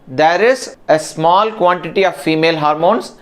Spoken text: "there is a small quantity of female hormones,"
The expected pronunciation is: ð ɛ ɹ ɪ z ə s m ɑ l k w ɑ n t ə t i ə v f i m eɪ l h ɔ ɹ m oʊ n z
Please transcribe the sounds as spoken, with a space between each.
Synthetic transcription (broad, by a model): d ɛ ɹ ɪ z ə s m ɑ l k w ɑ n t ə t i ə v f i m eɪ l h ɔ ɹ m oʊ n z